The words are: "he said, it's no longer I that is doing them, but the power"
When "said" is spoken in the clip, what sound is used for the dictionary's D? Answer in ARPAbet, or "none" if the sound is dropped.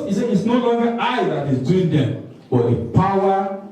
none